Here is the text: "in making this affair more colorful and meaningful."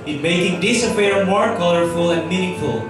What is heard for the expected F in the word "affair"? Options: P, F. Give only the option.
P